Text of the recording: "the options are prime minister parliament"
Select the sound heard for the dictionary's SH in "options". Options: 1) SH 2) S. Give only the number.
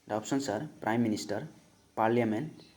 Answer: 2